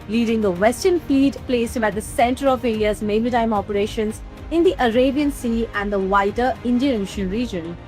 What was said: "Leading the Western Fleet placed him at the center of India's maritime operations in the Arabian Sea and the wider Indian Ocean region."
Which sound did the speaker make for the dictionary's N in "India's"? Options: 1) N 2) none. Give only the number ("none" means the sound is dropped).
2